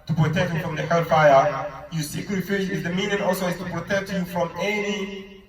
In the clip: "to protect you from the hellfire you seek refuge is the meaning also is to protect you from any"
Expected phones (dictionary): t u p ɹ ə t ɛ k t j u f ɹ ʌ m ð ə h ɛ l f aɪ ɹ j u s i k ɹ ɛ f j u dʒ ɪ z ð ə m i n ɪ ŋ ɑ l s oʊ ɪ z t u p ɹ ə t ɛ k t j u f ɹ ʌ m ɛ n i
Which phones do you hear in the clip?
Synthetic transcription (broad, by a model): t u p ɹ ə t ɛ k t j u f ɹ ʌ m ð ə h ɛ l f aɪ ɹ j u s i k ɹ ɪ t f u ʃ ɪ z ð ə m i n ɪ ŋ ɑ l s oʊ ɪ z t u p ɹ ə t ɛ k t j u f ɹ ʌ m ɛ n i